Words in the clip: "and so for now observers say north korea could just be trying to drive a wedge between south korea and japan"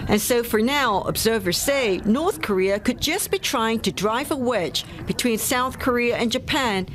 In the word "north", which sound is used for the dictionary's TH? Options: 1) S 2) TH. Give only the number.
2